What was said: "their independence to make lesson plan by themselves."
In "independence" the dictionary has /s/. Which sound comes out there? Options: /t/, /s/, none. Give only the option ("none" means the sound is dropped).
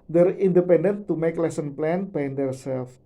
none